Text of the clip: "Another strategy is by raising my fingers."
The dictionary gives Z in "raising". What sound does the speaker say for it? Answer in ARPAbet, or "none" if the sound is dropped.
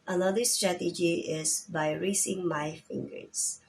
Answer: S